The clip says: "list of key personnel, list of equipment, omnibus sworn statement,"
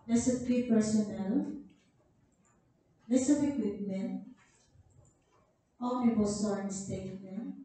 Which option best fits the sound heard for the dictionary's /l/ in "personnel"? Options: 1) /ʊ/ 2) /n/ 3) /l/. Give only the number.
3